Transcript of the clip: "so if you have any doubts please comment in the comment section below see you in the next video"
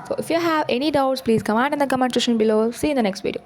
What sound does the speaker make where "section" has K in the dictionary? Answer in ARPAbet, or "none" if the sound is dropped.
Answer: none